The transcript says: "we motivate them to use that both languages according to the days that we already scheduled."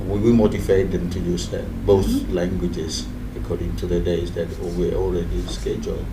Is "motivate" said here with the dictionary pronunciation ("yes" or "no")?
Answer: no